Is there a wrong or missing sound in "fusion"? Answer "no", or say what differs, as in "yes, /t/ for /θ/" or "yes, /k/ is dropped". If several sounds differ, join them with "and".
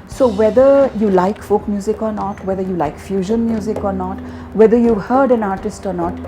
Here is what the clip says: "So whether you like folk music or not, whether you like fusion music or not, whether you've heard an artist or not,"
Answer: no